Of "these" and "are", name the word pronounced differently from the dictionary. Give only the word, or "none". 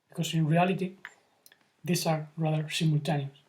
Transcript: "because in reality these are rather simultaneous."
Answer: these